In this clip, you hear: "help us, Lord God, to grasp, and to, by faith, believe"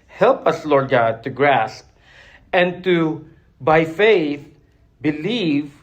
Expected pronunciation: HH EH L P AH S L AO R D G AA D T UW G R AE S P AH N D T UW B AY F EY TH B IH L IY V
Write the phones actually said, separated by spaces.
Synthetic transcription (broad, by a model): HH EH L P AH S L AO R D G AA D T UW G R AE S P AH N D T UW B AY F EY TH B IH L IY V